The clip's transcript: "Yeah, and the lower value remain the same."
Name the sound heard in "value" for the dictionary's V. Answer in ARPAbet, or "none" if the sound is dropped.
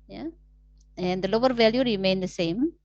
V